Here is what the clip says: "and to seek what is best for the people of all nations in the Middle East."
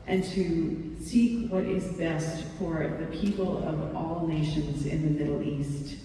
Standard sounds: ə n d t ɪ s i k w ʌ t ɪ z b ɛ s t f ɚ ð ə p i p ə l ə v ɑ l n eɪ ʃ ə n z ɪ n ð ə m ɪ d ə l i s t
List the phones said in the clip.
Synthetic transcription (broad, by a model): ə n t ɪ s i k w ʌ t ɪ z b ɛ s t f ɚ ð ə p i p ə l ə v ɑ l n eɪ ʃ ə n z ɪ n ð ə m ɪ d l i s t